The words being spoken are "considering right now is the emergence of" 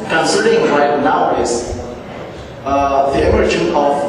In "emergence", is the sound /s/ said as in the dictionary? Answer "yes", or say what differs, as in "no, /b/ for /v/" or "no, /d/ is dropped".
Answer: no, /s/ is dropped